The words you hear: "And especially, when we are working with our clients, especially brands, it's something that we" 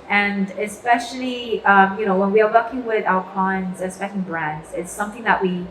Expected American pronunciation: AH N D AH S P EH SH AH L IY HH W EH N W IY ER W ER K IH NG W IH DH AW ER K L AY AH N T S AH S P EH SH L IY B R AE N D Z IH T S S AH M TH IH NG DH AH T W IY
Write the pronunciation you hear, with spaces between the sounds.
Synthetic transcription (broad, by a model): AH N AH S P EH SH AH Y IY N W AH N W IY ER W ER K IH NG W IH DH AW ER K AY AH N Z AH S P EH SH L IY B R AE N D Z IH T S S AH M TH IH NG DH AH T W IY